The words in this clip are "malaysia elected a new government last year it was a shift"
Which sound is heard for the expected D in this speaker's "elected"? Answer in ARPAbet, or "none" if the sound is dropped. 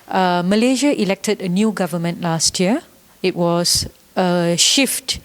D